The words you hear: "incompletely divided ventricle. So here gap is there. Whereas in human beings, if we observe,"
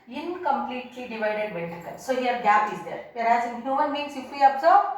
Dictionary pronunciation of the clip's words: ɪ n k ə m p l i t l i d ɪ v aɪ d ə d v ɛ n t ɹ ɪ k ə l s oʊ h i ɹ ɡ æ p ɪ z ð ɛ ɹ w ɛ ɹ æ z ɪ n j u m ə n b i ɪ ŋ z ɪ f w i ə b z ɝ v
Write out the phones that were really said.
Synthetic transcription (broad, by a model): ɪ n k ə m p l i t l i d ɪ v aɪ d ə d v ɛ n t ɪ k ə n s oʊ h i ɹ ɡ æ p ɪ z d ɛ ɹ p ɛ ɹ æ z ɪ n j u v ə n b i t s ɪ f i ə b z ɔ